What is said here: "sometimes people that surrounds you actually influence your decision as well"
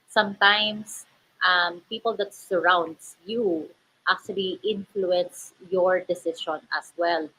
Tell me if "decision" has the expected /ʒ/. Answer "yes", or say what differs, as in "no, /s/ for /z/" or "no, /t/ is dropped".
no, /ʃ/ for /ʒ/